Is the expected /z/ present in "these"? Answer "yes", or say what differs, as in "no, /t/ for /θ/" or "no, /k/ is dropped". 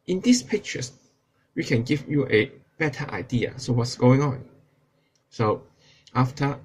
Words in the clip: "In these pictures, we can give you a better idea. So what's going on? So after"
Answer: no, /s/ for /z/